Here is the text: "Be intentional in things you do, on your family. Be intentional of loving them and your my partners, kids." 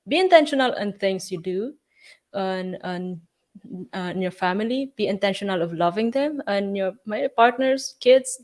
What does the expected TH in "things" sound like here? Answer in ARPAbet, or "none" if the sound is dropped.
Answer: T